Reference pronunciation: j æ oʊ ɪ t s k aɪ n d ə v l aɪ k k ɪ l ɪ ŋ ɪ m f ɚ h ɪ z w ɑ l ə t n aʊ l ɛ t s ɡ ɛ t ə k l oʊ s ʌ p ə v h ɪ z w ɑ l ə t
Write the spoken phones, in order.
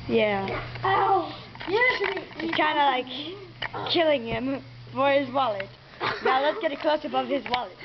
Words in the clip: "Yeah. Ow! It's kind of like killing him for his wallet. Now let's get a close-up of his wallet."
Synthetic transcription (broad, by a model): j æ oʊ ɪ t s k aɪ n d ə l aɪ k k ɪ l ɪ ŋ ɪ m f ɚ ɪ z w ɑ l ə t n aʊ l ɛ t s ɡ ɛ t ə k l oʊ s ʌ b ə v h ɪ z w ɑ l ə t